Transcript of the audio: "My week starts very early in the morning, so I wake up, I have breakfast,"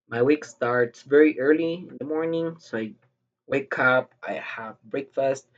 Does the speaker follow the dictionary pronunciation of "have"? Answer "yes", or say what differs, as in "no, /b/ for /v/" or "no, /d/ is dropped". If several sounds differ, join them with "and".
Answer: yes